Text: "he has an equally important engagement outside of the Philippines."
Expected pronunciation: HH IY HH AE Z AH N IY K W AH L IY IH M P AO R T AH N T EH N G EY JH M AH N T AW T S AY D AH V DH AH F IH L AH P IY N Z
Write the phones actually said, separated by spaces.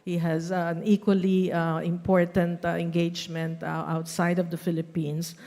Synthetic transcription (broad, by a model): HH IY HH AE Z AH N IY K W AH L IY IH M P AO R T AH N T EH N G EY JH M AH N T AW T S AY D AH V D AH F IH L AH P IY N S